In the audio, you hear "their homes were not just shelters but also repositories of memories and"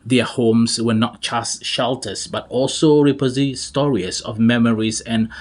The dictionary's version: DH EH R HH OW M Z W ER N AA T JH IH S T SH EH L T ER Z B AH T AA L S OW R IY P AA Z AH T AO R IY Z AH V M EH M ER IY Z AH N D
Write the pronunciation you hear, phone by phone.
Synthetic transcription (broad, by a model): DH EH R HH OW M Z W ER N AA T CH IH S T SH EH L T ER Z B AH T AA L S OW R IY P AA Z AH T AO R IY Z AH V M EH M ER IY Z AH N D